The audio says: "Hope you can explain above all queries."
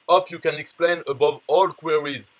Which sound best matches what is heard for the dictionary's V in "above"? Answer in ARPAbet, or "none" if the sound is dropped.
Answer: V